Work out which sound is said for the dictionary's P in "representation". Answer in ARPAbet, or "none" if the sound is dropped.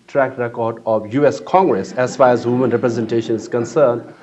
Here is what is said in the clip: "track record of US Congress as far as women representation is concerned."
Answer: P